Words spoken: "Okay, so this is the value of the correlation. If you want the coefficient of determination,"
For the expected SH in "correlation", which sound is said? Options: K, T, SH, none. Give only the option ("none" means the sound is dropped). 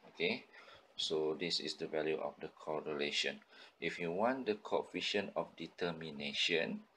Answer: SH